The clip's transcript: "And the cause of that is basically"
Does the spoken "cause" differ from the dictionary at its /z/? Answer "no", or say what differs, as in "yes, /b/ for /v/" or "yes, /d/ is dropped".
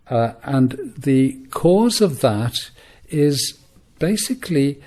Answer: no